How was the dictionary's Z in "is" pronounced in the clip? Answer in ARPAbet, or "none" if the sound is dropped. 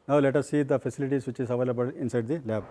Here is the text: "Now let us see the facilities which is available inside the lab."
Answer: S